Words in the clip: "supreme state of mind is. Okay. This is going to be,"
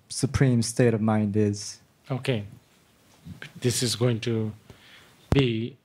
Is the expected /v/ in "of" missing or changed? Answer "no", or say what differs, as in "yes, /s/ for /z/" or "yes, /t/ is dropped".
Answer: no